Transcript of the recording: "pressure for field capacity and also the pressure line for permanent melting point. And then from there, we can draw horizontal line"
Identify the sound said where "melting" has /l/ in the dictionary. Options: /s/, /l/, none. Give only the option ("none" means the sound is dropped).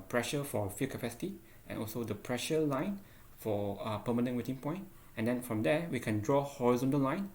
none